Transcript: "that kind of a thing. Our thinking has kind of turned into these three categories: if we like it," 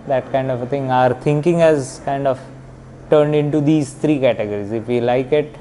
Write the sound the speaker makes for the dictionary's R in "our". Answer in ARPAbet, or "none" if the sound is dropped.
R